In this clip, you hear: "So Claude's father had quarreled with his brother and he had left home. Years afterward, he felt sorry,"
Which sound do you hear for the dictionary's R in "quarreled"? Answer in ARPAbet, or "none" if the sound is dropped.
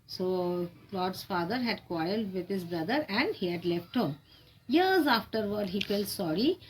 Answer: none